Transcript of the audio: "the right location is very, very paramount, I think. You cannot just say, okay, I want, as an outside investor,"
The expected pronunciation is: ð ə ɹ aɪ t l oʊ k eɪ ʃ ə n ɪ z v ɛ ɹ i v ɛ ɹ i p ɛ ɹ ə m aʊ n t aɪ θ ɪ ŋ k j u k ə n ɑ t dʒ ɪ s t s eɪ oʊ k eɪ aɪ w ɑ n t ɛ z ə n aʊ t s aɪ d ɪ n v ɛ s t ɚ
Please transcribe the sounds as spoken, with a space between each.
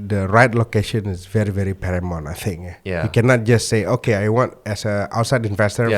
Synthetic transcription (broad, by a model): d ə ɹ aɪ t l oʊ k eɪ ʃ ə n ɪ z v ɛ ɹ i v ɛ ɹ i p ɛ ɹ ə m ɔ n aɪ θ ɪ ŋ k j u k ə n ɑ t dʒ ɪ s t s eɪ oʊ k eɪ aɪ w ɑ n t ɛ s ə aʊ t s aɪ d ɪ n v ɛ s t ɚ